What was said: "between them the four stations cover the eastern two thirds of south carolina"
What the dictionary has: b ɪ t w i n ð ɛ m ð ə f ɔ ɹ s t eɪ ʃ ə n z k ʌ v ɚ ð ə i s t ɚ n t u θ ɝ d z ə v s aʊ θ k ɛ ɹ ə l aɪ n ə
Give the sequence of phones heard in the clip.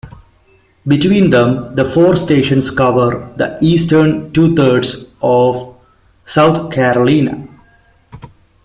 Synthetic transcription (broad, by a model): b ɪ t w i n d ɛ m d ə f ɔ ɹ s t eɪ ʃ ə n s k ʌ v ɚ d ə i s t ɚ n t u t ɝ d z ə v s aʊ t k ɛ ɹ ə l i n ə